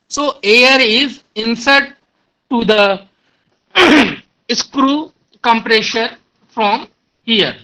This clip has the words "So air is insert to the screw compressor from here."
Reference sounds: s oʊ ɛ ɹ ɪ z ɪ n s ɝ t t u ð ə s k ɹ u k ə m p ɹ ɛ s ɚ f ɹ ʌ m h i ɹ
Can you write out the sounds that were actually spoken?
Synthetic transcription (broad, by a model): s oʊ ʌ ɹ ɪ z ɪ n s ɝ t t u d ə s k ɹ u k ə m p ɹ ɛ ʃ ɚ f ɹ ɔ m h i ɹ